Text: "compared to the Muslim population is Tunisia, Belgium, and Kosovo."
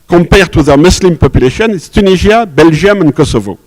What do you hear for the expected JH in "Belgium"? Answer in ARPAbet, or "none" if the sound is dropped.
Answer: ZH